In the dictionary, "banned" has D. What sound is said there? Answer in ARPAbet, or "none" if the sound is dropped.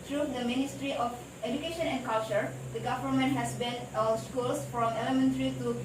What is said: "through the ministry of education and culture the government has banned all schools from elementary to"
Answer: none